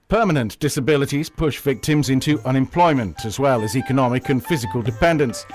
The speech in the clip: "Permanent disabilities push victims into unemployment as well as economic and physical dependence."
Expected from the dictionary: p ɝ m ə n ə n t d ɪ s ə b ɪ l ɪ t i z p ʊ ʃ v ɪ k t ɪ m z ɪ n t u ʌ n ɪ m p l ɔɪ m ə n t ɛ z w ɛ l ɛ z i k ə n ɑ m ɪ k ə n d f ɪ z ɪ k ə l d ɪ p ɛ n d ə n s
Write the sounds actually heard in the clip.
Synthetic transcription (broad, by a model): p ɝ m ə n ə n d ɪ s ə b ɪ l ɪ t i z p ʊ ʃ v ɪ k t ɪ m z ɪ n t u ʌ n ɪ m p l ɔɪ m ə n t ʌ z w ɛ l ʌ z i k ə n ɑ m ɪ k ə n f ɪ z ɪ k ə l d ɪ p ɛ n d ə n s